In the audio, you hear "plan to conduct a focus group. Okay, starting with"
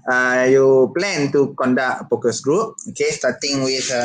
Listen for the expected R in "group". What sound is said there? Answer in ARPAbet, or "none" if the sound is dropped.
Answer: R